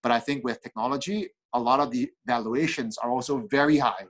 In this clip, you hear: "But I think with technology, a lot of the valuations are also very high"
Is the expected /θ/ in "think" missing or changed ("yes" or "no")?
no